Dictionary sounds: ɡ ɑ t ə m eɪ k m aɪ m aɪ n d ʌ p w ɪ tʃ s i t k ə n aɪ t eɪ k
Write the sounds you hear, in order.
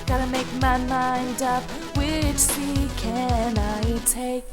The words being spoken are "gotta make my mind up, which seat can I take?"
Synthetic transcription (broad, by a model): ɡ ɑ t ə m eɪ k m aɪ m aɪ n d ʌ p w ɪ tʃ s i k ə n aɪ t eɪ k